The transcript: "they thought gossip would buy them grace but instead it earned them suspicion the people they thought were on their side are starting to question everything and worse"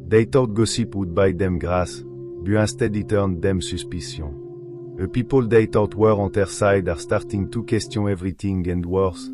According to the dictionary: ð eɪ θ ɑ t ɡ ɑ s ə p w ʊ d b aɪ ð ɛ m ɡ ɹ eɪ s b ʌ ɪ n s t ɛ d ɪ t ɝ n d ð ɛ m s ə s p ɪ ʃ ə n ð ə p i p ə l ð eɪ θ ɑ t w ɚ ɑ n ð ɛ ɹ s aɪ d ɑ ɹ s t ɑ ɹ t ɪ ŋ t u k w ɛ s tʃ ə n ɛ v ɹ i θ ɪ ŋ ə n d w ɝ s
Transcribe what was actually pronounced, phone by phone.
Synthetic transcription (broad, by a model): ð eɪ t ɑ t ɡ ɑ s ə p w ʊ d b aɪ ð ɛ m ɡ ɹ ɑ s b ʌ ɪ s t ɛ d ɪ t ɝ n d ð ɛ m s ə s p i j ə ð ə p i p ə l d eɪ t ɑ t w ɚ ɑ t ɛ ɹ s aɪ d ɑ ɹ s t ɑ ɹ t ɪ ŋ t u k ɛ s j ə ɛ v ɹ i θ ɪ ŋ ə n d w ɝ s